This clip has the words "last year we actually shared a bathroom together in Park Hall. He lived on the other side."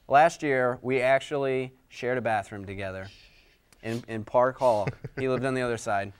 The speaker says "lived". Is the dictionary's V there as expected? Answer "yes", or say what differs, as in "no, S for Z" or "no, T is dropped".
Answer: yes